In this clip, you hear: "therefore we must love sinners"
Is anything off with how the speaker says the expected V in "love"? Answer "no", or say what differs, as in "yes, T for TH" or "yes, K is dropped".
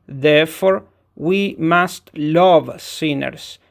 no